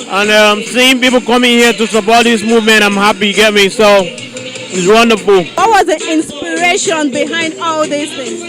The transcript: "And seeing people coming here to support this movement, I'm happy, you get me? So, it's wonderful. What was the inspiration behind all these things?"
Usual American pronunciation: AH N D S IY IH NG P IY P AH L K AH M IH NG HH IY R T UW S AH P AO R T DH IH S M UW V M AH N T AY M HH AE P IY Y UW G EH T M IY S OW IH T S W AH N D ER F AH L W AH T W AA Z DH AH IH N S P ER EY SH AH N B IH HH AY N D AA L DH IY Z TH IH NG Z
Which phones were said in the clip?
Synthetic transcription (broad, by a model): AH N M S IY IH NG P IY P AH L K AH M IH NG HH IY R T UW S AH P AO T DH IH S M UW V M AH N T AY M HH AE P IY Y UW G EH T M IY S OW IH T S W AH N D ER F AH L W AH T W AA Z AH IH N S P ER EY SH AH N B IH HH AY N D AA L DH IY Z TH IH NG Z